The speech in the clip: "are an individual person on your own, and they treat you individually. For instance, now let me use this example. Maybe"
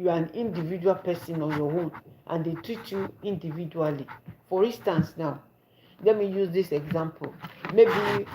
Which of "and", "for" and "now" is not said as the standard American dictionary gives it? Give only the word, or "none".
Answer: none